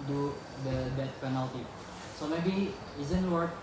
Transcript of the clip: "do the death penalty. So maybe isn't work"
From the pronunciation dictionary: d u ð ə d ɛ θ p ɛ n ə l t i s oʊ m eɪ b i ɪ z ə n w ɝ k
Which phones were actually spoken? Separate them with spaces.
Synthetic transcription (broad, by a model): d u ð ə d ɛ t p ɛ n ə l t i s oʊ m eɪ b i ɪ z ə n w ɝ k